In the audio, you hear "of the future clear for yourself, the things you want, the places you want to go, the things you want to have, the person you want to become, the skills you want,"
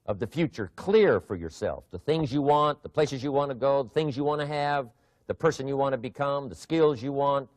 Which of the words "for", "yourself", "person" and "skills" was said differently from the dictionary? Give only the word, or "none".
none